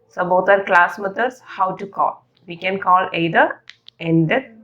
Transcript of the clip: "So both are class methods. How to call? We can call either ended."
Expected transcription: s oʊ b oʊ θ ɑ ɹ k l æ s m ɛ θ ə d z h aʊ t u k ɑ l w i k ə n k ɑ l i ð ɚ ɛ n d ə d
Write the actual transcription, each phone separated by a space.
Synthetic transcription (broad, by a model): s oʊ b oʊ t ɑ ɹ k l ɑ s m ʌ t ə d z h aʊ t u k ɑ l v i k ə n k ɑ l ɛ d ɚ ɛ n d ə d